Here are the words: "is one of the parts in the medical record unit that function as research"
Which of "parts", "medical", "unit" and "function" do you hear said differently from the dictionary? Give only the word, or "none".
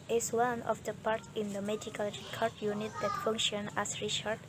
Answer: parts